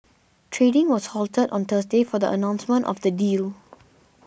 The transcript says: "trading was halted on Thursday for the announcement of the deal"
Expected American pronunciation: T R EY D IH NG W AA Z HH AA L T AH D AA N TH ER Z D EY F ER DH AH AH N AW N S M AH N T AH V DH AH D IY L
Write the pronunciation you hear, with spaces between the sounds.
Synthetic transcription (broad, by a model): T R EY D IH NG W AA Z HH AA L T AH D AA N T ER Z D EY F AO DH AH AH N AW N S M AH N T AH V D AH D IY L